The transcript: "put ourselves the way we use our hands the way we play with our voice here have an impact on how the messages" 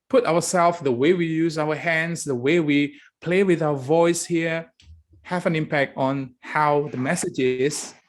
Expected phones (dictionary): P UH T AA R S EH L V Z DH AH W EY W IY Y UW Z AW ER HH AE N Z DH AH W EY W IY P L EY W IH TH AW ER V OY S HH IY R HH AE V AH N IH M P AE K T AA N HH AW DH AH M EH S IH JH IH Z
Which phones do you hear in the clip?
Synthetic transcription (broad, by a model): P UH T AA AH S EH L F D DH AH W EY W IY Y UW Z AW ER HH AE N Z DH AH W EY W IY P L EY W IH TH AW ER V OY S HH IY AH HH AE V AH N IH M P AE K T AA N HH AW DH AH M EH S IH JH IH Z